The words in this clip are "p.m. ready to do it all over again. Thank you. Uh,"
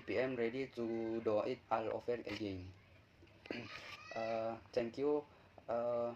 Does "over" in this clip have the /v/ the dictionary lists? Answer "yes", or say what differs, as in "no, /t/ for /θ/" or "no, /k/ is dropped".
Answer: no, /f/ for /v/